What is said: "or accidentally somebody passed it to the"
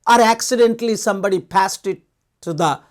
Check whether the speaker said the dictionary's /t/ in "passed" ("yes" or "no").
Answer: yes